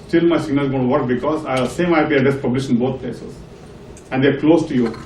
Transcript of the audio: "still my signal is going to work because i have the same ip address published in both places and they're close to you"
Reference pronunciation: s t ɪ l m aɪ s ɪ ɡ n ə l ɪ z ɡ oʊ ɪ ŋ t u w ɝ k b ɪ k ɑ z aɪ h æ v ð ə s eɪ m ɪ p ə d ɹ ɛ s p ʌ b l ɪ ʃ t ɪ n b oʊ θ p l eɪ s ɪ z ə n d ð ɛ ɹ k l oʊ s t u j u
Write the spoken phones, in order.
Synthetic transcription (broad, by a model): s t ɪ l m aɪ s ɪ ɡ n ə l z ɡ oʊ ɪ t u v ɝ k b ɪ k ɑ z aɪ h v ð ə s eɪ m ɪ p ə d ɛ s p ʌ b l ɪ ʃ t ɪ n b oʊ t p l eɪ s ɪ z ə n d ɛ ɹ k l oʊ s t u j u